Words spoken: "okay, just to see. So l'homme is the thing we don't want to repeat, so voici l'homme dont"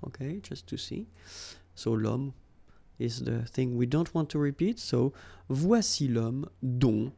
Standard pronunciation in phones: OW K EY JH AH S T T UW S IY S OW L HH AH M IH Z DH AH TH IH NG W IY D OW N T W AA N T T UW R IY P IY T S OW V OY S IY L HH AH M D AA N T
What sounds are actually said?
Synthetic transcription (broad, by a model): OW K EY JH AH S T T UW S IY S OW L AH M IH Z DH AH TH IH NG W IY D OW N T W AA N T T UW R IY P IY T S OW V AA S IY L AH M D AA